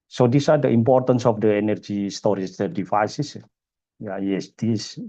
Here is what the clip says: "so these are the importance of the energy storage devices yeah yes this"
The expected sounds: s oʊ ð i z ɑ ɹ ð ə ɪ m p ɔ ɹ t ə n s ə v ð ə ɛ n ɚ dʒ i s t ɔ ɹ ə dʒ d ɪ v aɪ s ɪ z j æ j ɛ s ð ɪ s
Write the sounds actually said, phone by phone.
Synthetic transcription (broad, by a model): s oʊ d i s ɑ ɹ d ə ɪ m p ɔ ɹ t ə n s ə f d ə ɛ n ɚ dʒ i s t ɔ ɹ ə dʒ d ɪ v aɪ s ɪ s j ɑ j ɛ s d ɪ s